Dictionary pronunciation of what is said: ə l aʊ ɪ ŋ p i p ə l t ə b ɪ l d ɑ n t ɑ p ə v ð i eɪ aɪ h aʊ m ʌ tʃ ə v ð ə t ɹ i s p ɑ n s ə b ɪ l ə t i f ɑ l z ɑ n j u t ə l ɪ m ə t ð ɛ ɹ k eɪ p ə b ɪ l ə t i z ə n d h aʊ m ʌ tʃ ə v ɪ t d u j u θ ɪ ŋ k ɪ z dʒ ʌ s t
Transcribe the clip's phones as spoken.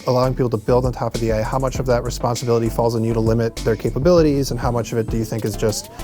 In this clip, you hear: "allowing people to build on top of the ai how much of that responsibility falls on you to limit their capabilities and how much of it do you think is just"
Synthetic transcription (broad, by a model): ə l aʊ ɪ ŋ p i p l t ə b ɪ l d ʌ n t ɑ p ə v ð i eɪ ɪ h aʊ m ʌ tʃ ə v ð ə t ɹ i s p ɑ n s ə b ɪ l ə t i f ɑ l z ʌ n j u t ə l ɪ m ə t ð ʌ ɹ k eɪ p ə b ɪ l ə t i z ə n h aʊ m ʌ tʃ ə v ɪ t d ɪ j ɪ θ ɪ ŋ k ɪ z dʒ ʌ s t